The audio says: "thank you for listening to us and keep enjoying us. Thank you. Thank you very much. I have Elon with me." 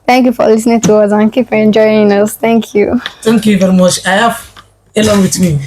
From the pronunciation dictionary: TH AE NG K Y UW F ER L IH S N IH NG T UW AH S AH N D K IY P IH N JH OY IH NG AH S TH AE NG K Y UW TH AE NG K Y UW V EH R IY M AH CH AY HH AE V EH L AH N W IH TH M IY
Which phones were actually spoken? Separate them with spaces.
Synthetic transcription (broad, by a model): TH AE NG K Y UW F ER L IH S N IH NG T UW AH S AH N K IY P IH N JH OY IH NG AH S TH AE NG K Y UW T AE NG K Y UW V EH R IY M AH CH AY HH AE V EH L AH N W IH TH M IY